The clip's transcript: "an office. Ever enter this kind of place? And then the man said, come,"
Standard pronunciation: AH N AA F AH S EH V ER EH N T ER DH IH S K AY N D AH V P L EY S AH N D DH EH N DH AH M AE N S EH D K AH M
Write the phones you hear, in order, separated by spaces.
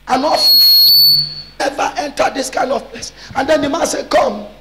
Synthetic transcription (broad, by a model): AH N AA AH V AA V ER EH N T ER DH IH S K AY N D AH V P L EY S AH N D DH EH N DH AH M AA N S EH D K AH M